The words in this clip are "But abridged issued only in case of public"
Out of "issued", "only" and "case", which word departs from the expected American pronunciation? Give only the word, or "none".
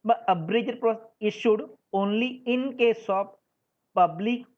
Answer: none